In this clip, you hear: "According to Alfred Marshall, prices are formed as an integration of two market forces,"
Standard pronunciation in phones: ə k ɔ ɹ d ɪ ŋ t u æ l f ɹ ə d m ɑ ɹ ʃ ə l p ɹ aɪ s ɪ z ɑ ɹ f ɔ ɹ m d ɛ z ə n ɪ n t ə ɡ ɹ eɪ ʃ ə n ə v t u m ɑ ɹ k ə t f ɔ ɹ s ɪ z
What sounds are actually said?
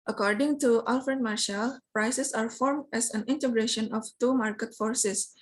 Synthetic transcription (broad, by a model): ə k ɔ ɹ d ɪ ŋ t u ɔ l f ɹ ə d m ɑ ɹ ʃ ə l p ɹ aɪ s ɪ s ɑ ɹ f ɔ ɹ m d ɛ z ə n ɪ n t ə ɡ ɹ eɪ ʃ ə n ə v t u m ɑ ɹ k ə t f ɔ ɹ s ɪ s